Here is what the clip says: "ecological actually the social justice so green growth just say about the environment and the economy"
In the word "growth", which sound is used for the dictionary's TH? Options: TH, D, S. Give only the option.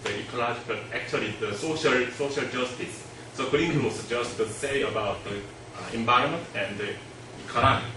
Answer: S